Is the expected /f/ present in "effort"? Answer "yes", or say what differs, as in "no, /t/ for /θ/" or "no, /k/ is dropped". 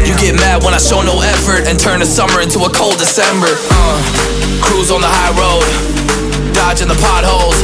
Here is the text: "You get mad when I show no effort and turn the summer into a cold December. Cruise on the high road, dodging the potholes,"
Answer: yes